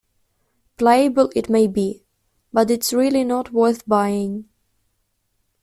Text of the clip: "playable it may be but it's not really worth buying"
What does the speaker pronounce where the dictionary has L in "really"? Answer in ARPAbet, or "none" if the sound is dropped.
N